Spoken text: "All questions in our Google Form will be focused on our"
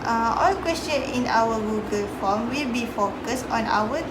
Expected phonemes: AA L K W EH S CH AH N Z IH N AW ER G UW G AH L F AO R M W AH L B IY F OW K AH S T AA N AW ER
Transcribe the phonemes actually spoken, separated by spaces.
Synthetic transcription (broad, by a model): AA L K W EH S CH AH N IH N AW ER G UW G AH L F AO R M W AH L B IY F OW K AH S T AA N AW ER